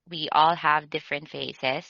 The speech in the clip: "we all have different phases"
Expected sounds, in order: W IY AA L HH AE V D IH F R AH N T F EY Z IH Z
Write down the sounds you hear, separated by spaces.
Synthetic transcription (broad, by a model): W IY AA L HH AE V D IH F R AH N T F EY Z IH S